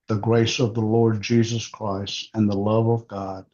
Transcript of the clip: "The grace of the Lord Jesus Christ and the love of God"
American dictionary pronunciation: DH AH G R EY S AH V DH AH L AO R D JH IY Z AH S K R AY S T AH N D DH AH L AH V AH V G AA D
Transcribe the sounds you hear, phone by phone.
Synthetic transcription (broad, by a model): DH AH G R EY S AH V DH AH L AO R D JH IY Z AH S K R AY S T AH N DH AH L AH V AH V G AA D